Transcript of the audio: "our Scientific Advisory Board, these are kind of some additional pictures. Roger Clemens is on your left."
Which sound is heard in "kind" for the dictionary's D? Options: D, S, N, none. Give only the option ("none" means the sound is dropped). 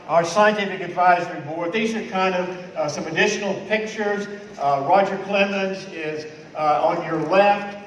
D